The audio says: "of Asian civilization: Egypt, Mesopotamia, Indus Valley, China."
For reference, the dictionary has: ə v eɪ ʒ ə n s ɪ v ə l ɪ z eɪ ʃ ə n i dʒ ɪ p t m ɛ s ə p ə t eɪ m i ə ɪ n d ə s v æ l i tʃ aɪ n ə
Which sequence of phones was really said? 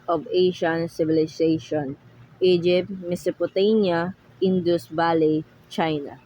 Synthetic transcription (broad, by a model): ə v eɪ ʃ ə n s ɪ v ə l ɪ s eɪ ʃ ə n i dʒ ɪ p t m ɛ s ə p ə t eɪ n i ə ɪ n d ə s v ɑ l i tʃ aɪ n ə